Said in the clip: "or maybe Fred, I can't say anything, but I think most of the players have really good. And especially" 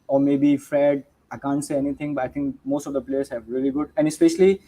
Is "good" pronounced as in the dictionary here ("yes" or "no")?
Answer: yes